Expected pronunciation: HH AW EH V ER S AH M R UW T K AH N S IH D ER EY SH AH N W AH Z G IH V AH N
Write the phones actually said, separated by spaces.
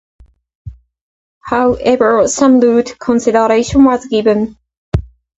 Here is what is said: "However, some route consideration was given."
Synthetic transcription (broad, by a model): HH AW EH V ER S AH M L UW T K AH N S IH D ER EY SH AH N W AH Z G IH V AH N